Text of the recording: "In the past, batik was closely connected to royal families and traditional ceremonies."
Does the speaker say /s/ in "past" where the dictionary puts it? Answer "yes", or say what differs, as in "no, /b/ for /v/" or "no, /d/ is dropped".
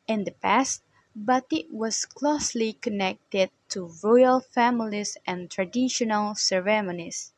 yes